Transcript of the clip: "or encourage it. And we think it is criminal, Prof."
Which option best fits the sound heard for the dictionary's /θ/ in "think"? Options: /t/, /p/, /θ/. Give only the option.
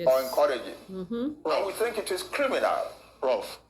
/θ/